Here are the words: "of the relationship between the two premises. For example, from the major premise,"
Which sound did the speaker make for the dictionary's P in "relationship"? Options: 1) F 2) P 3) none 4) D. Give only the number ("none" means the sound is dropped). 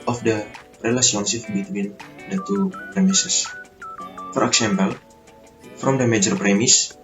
1